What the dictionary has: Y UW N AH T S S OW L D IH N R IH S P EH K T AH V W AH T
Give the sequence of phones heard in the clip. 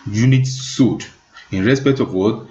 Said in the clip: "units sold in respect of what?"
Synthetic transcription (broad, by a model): Y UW N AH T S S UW D IH N R IH S P EH K T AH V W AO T